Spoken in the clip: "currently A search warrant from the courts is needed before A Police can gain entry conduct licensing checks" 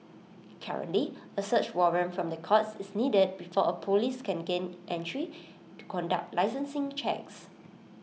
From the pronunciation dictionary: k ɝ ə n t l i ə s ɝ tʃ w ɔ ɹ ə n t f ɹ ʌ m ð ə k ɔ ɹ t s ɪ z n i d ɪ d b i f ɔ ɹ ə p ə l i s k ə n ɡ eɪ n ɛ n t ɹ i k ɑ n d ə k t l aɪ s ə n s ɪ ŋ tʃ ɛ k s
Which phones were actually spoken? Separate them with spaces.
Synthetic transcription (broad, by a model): k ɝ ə n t l i ə s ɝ tʃ w ɔ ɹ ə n f ɹ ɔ m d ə k ɔ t s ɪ s n i d ɪ d b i f ɔ ə p ə l i s k ə n ɡ eɪ n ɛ n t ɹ i k ɑ n d ə k t l aɪ s ə n s ɪ ŋ tʃ ɛ k s